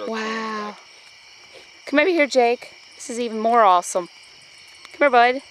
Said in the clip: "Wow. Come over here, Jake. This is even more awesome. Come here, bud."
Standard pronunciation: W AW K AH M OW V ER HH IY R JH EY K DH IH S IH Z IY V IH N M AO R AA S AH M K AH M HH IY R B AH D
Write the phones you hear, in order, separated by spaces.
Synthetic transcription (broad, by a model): W AW K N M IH B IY HH IY R JH EY K DH IH S IH Z IY V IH N M AO R AA S AH M K AH M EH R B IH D